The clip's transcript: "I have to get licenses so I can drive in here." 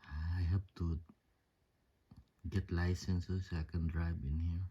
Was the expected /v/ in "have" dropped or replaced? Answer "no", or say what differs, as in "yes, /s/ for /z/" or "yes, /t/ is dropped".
yes, /p/ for /v/